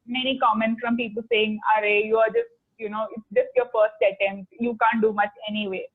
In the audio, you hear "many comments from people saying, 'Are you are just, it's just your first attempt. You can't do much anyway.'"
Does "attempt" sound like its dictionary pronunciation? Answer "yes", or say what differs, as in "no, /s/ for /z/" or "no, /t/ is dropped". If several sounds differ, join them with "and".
no, /p/ is dropped